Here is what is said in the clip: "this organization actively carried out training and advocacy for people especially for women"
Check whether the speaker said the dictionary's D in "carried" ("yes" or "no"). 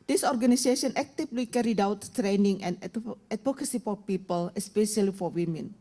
yes